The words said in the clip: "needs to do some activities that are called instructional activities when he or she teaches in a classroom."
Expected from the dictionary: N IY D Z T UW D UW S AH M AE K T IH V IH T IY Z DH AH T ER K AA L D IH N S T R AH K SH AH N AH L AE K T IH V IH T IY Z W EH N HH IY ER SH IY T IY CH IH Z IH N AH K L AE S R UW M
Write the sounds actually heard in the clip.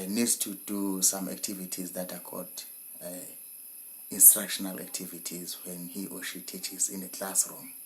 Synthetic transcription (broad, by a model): N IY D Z T UW D UW S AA M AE K T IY V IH T IY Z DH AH T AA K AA D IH N S T R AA K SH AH N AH L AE K T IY V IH T IY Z W EH N HH IY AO SH IY T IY CH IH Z IH N AH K L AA S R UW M